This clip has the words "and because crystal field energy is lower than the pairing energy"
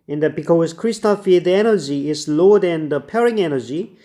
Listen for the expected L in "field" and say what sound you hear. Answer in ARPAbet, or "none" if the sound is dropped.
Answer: none